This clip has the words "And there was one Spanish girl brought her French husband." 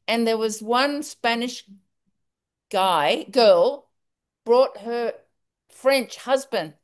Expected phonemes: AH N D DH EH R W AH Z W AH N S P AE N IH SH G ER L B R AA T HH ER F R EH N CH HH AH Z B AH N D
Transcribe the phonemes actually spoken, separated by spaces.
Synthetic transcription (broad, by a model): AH N DH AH R W AH Z W AH N S P AE N IH SH G ER L B R AA T HH ER F R EH N CH HH AH Z B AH N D